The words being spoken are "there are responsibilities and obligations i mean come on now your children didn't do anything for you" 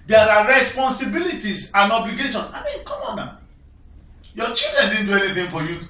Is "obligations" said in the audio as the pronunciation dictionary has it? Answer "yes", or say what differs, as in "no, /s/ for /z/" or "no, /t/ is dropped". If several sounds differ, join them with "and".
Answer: no, /z/ is dropped